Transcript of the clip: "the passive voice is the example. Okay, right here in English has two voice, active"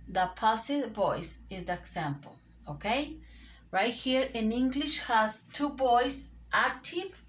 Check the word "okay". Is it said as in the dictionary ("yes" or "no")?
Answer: yes